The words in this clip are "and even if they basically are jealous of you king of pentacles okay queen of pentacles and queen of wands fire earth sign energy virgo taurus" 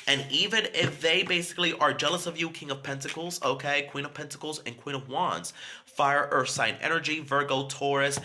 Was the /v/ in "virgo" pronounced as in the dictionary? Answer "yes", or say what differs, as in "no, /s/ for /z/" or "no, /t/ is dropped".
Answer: yes